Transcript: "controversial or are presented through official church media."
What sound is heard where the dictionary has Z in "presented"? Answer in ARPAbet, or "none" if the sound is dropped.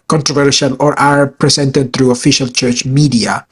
S